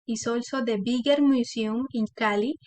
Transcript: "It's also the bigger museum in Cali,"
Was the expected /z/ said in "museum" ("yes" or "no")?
no